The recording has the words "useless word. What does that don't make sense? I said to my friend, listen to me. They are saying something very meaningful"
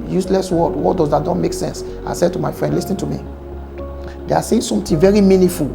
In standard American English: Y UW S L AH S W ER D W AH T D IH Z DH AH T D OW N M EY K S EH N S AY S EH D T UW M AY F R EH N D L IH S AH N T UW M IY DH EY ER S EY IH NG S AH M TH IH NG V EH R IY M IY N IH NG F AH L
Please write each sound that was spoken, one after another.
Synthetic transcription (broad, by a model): Y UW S L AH S W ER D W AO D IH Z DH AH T D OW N M EY K S EH N S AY S EH D T UW M AY F R EH N D L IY S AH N T UW M IY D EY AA S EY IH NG S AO M T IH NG V EH R IY M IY N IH F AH L